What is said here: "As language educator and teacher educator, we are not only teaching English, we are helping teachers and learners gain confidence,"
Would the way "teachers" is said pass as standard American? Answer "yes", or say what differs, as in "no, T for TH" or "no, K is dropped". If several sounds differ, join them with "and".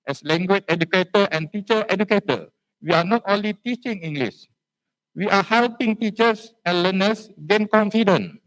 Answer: no, S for Z